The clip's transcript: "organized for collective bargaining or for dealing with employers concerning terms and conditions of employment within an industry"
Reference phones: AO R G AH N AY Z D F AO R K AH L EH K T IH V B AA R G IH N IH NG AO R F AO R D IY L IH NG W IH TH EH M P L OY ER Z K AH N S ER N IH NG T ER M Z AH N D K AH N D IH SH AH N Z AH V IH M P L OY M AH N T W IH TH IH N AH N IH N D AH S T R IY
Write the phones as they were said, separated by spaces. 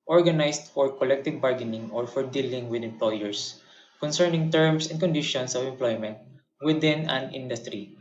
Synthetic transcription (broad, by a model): AO R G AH N AY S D F AO R K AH L EH K T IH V B AA R G IH N IH NG AO R F AO R D IY L IH NG W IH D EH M P L OY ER S K AH N S ER N IH NG T ER M S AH N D K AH N D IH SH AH N S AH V IH M P L OY M AH N T W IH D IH N AH N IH N D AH S T R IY